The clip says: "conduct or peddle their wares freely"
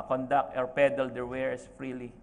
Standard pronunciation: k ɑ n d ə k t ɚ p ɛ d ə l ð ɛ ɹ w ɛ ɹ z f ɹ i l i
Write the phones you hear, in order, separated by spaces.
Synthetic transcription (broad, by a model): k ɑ n d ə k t ɚ p ɛ d ə l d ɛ ɹ w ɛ ɹ s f ɹ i l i